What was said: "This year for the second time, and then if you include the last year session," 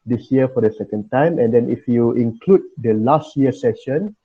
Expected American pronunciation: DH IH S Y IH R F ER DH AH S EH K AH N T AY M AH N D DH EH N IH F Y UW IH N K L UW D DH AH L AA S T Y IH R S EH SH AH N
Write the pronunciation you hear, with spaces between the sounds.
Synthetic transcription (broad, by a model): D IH S Y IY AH F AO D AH S EH K AH N T AY M AH N D EH N IH F Y UW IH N K L UW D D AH L AA S T Y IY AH S EH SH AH N